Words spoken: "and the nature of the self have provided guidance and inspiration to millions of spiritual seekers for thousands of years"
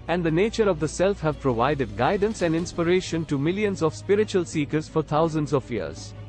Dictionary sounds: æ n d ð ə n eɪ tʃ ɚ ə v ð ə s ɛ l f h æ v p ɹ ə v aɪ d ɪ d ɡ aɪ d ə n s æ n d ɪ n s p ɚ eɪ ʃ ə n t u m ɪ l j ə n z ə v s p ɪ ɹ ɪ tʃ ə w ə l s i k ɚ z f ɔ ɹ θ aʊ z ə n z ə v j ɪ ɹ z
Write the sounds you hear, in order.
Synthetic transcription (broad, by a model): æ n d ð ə n eɪ tʃ ɚ ə v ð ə s ɛ l f h æ v p ɹ ə v aɪ d ɪ d ɡ aɪ d ə n s æ n d ɪ n s p ɚ eɪ ʃ ə n t u m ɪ l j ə n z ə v s p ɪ ɹ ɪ tʃ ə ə l s i k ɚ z f ɔ ɹ t aʊ z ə n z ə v j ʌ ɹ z